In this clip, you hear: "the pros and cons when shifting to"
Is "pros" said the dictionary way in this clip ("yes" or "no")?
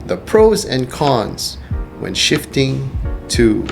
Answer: yes